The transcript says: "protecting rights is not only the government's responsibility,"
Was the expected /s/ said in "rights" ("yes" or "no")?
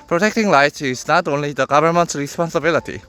no